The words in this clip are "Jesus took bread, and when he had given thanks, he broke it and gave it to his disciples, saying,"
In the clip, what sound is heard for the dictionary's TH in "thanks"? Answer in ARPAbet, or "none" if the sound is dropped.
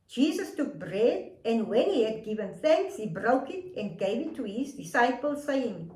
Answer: TH